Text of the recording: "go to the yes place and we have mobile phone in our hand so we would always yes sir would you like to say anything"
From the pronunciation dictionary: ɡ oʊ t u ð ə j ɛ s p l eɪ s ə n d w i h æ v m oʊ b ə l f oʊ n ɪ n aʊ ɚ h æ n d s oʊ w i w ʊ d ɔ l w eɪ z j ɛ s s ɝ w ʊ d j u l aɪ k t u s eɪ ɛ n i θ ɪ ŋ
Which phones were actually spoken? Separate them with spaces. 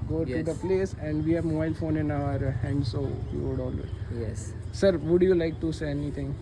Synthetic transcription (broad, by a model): ɡ oʊ t u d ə p l eɪ s ə n d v i h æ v m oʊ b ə l f oʊ n ɪ n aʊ ɚ h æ n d s oʊ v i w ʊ d ɔ l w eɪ j ɛ s s ɝ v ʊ d j u l aɪ k t u s eɪ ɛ n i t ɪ ŋ